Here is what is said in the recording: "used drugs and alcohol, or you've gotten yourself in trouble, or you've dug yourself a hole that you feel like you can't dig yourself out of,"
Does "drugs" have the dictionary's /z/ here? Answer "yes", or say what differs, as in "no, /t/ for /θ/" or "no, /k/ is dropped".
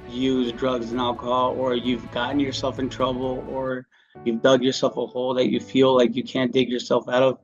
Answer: yes